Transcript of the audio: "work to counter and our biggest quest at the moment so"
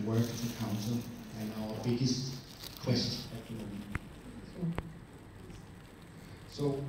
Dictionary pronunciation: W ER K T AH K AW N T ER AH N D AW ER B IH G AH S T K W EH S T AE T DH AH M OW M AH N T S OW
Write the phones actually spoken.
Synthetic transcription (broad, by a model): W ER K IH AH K AW N S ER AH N AW ER B IH G AH S T K W EH S T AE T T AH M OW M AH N S OW